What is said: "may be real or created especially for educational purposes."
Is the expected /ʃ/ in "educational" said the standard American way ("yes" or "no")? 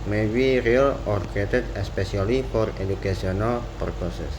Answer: no